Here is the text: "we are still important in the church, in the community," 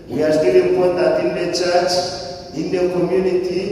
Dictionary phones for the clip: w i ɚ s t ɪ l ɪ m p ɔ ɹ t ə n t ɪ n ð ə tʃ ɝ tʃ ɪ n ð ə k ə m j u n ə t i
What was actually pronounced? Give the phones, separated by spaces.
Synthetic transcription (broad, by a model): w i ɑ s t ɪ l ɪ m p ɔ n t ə t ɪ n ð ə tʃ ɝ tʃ ɪ n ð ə k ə m j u n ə t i